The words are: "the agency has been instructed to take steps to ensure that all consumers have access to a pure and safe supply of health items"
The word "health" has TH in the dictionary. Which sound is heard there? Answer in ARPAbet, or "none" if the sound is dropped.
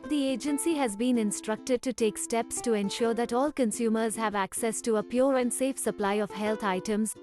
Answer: T